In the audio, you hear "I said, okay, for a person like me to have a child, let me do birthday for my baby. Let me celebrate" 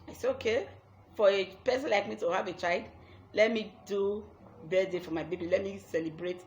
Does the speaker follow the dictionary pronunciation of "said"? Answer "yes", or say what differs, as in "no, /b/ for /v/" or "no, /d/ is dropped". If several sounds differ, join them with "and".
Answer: no, /d/ is dropped